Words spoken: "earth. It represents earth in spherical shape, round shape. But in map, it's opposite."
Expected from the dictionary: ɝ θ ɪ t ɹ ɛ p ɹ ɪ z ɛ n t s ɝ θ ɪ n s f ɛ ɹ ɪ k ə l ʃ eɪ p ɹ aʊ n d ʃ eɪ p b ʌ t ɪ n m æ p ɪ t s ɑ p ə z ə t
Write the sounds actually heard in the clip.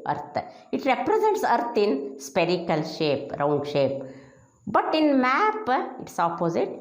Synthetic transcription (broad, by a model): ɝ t ɪ t ɹ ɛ p ɹ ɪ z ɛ n t s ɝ t ɪ n s p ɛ ɹ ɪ k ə l ʃ eɪ p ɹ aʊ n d ʃ eɪ p b ʌ t ɪ n m æ p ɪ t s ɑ p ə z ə t